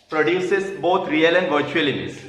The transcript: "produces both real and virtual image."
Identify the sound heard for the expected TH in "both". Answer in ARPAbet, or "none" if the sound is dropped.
T